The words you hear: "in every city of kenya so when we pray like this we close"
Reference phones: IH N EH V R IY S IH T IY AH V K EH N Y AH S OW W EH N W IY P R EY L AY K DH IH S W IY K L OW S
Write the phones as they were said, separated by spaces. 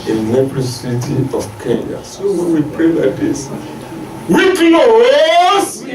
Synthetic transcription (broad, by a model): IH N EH P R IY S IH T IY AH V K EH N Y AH S OW W EH N W IY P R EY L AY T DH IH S W IY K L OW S